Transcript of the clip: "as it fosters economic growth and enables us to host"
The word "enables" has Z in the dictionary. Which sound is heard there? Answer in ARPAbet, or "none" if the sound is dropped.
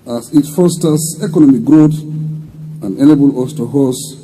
none